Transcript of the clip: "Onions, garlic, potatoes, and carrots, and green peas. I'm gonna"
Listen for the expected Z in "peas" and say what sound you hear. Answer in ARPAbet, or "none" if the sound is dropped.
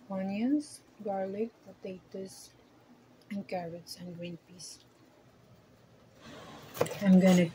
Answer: S